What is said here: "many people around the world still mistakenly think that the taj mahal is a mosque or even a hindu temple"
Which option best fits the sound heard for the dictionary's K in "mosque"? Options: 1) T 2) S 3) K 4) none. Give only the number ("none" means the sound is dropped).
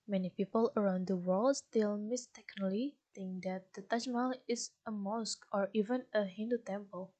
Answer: 3